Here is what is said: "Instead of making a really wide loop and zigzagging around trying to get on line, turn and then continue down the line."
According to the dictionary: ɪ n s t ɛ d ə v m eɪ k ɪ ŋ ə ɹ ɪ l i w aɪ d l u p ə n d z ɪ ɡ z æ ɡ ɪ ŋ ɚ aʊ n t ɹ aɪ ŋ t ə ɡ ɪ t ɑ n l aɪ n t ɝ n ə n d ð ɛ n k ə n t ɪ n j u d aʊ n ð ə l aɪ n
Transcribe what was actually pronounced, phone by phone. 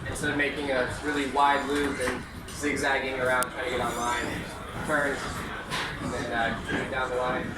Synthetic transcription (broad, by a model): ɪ n s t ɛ d ə v m eɪ k ɪ ŋ ə ɹ ɪ l i w aɪ d l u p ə n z ɪ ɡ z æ ɡ ɪ ŋ ɚ aʊ n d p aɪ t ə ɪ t ɑ n l aɪ n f ɝ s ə n ð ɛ n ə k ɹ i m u d aʊ n ð ə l aɪ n